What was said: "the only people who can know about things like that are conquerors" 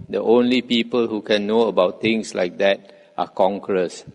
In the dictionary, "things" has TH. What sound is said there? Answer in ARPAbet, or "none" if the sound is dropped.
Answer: T